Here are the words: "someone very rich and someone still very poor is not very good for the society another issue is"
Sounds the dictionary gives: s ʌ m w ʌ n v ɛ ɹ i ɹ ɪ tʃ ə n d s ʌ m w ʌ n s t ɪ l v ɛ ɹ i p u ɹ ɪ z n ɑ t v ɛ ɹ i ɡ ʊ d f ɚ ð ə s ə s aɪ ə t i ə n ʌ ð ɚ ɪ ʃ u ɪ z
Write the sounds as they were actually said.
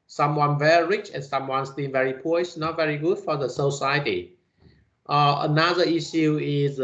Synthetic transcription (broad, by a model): s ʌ m w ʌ n v ɛ ɹ i ɹ ɪ tʃ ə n s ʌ m w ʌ n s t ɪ n v ɛ ɹ i p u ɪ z n ɑ t v ɛ ɹ i ɡ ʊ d f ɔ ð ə s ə s aɪ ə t i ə n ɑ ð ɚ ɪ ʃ u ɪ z